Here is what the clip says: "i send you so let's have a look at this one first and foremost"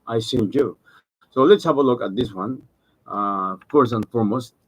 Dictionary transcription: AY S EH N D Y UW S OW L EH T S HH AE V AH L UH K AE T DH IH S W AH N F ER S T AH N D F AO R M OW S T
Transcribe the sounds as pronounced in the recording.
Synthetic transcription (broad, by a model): AY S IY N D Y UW S OW L EH T S HH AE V AH L UH K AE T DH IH S W AH N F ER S AH N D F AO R M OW S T